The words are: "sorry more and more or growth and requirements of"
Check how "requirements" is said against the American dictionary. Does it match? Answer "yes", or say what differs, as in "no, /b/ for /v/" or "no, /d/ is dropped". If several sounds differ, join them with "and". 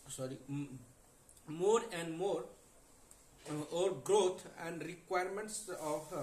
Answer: yes